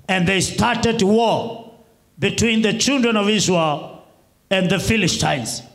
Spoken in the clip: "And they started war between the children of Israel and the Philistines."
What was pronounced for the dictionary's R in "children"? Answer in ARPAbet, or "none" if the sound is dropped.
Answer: R